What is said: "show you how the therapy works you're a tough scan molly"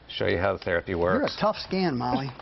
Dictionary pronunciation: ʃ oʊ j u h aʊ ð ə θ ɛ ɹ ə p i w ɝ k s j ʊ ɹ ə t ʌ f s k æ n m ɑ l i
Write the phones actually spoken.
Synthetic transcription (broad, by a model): ʃ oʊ j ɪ h aʊ ð ə θ ɛ ɹ ə p i w ɝ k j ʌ ɹ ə t ʌ f s k æ n m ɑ l i